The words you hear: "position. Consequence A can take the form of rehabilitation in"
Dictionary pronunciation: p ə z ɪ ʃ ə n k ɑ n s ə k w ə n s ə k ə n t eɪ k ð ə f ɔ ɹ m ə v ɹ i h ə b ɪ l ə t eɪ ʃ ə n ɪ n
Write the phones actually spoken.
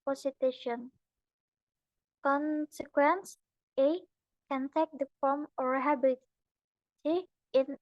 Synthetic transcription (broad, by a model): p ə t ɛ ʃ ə n k ɑ n s ə k w ə n s ə k ə n t eɪ k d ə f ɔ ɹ m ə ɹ h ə b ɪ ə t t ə ɪ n